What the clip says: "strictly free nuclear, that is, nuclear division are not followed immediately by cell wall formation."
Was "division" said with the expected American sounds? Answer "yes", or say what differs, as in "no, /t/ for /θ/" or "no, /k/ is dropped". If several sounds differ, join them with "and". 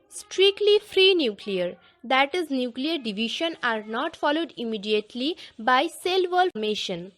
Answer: no, /ʃ/ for /ʒ/